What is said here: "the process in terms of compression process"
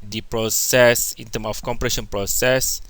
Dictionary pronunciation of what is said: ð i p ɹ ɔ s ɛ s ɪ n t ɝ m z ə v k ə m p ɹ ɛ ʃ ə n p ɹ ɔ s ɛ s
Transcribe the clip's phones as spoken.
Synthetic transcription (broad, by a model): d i p ɹ ɔ s ɛ s ɪ n t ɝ m ə f k ə m p ɹ ɛ ʃ ə n p ɹ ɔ s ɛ s